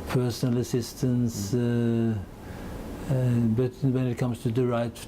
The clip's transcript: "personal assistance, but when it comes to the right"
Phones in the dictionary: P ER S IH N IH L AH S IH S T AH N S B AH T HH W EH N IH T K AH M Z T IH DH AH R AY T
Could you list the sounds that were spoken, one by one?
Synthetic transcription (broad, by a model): P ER S N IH L AH S IH S T AH N S B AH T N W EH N IH T K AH M S T IH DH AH R AY T